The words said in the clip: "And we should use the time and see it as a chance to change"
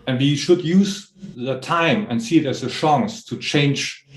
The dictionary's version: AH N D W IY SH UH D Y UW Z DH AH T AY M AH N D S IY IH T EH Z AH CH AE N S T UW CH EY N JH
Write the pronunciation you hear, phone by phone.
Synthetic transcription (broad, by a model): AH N W IY SH UH D Y UW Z DH AH T AY M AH N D S IY IH T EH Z AH SH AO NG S T UW CH EY N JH